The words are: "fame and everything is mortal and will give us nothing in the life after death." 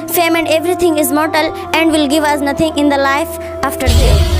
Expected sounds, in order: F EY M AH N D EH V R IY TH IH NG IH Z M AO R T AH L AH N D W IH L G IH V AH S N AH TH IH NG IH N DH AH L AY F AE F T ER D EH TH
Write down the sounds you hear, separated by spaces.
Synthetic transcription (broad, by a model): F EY M AH N D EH V R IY T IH NG IH Z M AO R T AH L AH N D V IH L G IH V AH S N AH T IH NG IH N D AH L AY F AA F T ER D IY